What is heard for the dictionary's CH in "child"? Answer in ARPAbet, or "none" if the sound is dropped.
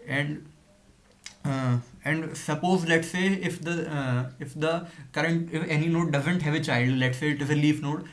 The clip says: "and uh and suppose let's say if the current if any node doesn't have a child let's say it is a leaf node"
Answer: CH